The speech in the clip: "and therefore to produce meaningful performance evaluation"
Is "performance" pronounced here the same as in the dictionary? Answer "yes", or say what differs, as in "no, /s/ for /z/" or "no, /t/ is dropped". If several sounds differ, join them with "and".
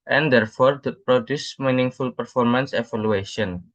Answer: yes